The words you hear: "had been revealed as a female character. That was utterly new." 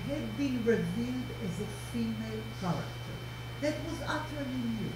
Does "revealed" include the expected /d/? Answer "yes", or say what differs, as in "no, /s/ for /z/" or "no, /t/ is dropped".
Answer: yes